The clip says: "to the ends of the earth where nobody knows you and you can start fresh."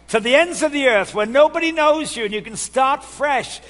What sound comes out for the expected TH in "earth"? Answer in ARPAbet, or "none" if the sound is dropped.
TH